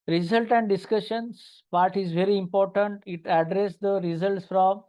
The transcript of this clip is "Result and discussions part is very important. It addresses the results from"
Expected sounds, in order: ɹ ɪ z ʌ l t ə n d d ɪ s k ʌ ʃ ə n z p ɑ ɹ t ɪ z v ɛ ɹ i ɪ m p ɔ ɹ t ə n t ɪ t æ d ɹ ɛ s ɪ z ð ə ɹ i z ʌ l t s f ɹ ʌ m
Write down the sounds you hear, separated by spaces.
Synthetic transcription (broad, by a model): ɹ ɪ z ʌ l t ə n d d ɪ s k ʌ ʃ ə n s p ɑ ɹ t ɪ z v ɛ ɹ i ɪ m p ɔ ɹ t ə n t ɪ t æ d ɹ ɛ s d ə ɹ i z ʌ l t s f ɹ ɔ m